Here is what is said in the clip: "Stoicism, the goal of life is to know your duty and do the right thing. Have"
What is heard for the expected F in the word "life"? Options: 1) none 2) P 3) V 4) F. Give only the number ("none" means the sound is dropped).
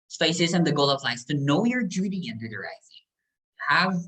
1